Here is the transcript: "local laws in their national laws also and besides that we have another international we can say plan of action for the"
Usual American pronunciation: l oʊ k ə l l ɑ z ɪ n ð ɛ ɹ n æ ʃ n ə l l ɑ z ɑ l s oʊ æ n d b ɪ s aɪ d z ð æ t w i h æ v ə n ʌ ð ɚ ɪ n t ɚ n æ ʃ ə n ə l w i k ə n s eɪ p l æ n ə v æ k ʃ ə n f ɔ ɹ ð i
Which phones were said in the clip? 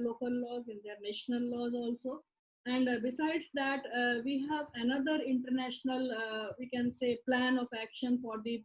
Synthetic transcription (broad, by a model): l oʊ k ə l l ɑ z ɪ n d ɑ ɹ n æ ʃ n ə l l ɑ z ɑ l s oʊ æ n d b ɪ s aɪ d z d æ t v i h æ v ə n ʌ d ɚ ɪ n t ɚ n æ ʃ ə n ə l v i k ə n s eɪ p l æ n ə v æ k ʃ ə n f ɔ ɹ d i